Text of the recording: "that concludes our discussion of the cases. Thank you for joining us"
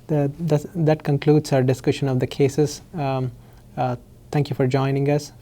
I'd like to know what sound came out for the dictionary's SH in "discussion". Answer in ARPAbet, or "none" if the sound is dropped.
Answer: SH